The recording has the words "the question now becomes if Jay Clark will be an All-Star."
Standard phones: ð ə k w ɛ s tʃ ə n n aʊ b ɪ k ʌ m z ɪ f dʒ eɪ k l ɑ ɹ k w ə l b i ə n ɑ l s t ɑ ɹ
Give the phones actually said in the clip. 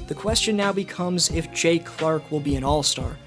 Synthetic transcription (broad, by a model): ð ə k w ɛ s tʃ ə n n aʊ b ɪ k ʌ m z ɪ f dʒ eɪ k l ɑ ɹ k w ə l b i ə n ɑ l s t ɑ ɹ